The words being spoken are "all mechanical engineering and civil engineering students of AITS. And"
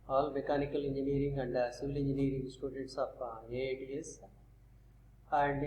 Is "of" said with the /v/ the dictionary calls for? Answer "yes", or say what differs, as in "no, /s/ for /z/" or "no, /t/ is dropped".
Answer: no, /p/ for /v/